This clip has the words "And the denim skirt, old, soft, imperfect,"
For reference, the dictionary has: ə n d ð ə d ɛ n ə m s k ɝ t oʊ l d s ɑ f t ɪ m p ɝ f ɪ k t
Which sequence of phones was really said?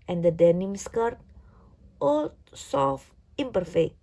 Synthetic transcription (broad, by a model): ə n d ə d ɛ n ə m s k ɝ t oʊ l s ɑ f ɪ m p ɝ f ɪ k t